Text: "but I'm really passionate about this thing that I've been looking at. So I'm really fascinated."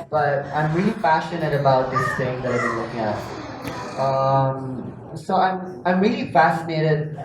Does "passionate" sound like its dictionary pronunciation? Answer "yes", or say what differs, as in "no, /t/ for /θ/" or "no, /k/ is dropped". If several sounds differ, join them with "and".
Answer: no, /f/ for /p/